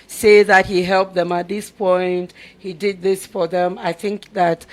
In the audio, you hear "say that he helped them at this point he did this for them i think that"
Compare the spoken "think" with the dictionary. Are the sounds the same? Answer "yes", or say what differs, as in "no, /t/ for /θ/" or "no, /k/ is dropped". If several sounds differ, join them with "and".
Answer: yes